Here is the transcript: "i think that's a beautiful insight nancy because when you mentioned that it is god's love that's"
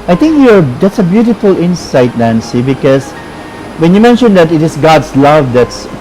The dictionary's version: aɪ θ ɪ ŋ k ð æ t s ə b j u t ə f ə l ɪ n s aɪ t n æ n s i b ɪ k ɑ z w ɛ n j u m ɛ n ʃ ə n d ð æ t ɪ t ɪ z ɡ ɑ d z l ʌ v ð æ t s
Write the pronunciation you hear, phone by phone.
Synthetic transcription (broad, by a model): aɪ t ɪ ŋ k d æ t s ə b j u t ə f ə l ɪ n s aɪ t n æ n s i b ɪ k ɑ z w ɛ n j u m ɛ n ʃ ə n d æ t ɪ t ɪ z ɡ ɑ d s l ʌ v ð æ t s